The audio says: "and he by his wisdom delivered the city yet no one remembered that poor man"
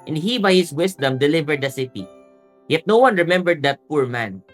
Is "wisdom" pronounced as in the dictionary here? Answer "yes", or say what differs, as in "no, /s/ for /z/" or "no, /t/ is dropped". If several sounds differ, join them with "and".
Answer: no, /s/ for /z/